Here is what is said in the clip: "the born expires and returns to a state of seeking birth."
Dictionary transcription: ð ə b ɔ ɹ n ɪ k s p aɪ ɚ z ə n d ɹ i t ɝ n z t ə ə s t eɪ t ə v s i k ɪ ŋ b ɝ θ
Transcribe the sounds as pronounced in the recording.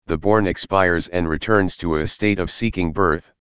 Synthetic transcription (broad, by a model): ð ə b ɔ ɹ n ɪ k s p aɪ ɚ z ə n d ɹ i t ɝ n z t ə ə s t eɪ t ə v s i k ɪ ŋ b ɝ θ